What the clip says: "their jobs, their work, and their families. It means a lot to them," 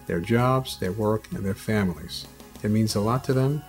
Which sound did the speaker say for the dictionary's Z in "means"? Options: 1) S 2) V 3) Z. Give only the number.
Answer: 3